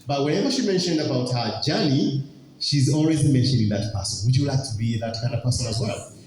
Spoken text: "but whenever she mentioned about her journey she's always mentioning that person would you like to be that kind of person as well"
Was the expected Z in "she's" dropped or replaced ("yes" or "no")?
no